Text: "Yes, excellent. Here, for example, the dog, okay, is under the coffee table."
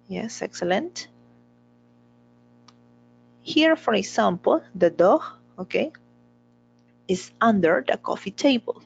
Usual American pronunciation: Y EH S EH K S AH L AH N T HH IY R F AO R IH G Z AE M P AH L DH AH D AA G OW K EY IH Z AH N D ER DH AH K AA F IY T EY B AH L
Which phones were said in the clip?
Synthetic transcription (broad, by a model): Y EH S EH K S AH L AH N T HH IY R F AO R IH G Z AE M P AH L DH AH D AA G OW K EY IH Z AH N D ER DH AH K AA F IY T EY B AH L